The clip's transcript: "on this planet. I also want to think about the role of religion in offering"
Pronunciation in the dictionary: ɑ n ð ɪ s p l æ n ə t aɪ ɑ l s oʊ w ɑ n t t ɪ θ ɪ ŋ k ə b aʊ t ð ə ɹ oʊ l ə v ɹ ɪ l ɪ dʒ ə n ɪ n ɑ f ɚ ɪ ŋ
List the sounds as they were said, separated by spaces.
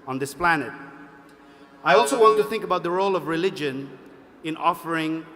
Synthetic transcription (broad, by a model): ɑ n ð ɪ s p l æ n ə t aɪ ɑ l s oʊ w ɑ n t t ɪ θ ɪ ŋ k ə b aʊ t ð ə ɹ oʊ l ə v ɹ ɪ l ɪ dʒ ə n ɪ n ɑ f ɚ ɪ ŋ